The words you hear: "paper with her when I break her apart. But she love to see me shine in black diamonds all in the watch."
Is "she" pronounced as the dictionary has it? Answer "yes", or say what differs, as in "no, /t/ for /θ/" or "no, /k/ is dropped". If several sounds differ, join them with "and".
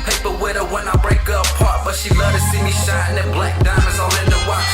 yes